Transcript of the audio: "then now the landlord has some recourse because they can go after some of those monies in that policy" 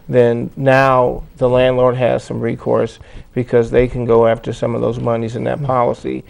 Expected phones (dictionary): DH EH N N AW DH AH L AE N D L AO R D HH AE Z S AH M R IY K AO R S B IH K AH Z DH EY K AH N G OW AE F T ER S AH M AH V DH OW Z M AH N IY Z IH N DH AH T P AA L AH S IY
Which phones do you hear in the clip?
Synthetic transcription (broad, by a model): DH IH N N AW DH AH L AE N D L AO R D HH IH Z S AH M R IY K AO R S B IH K AH Z DH EY K AH N G OW AE F T ER S AH M AH V DH OW Z M AH N IY Z IH N DH AH T P AA L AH S IY